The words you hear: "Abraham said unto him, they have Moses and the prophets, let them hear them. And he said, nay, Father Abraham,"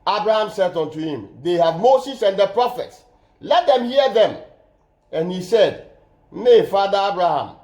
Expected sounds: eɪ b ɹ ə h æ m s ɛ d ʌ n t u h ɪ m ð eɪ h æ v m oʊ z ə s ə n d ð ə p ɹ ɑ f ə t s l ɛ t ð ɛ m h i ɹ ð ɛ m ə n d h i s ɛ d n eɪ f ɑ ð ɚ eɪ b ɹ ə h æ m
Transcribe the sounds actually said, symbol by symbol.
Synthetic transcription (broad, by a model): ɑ b ɹ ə h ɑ m s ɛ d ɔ n t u h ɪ m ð eɪ h æ v m oʊ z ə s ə n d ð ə p ɹ ɑ f ə t s l ɛ t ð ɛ m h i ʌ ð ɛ m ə n h i s ɛ d n eɪ f ɑ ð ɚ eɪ b ɹ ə h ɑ m